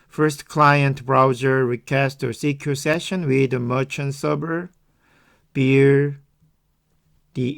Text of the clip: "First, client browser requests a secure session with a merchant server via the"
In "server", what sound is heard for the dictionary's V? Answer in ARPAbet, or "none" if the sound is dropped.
B